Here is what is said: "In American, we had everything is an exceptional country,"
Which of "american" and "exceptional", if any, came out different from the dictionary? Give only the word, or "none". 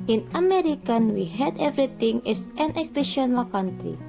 exceptional